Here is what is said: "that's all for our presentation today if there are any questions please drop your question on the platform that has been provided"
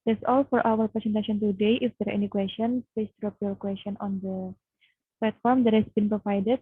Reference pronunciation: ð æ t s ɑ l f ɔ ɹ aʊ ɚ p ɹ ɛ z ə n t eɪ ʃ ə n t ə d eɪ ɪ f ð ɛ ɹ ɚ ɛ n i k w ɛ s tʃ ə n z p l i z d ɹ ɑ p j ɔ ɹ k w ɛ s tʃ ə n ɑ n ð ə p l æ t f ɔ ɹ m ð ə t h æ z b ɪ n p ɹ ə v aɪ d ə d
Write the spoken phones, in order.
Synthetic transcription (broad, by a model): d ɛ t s ɑ l f ɔ ɹ aʊ ɚ p ɹ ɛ s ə n t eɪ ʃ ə n t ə d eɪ ɪ f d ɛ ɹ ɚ ɛ n i k w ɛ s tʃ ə n p ɛ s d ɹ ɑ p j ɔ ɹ k w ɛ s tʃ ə n ɑ n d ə p l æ t f ɔ ɹ m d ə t h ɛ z b ɪ n p ɹ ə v aɪ d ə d